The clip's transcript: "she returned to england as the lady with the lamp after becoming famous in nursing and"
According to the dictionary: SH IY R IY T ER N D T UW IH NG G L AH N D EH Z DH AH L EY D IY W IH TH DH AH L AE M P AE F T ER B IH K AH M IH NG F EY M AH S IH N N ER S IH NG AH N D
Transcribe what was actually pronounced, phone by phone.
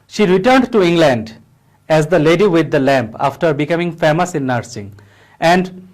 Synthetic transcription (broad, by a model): SH IY R IY T ER N D T UW IH NG G L AH N D EH Z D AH L EY D IY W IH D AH L AE M P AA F T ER B IH K AH M IH NG F EY M AH S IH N N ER S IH NG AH N D